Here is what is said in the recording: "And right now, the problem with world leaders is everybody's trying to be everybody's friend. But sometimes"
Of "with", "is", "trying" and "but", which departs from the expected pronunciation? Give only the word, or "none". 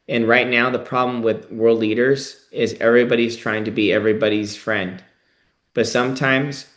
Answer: none